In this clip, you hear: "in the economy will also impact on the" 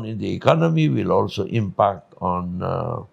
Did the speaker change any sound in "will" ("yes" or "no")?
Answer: no